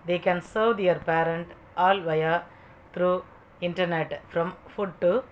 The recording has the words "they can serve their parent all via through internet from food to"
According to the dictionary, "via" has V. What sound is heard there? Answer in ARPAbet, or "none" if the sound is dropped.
V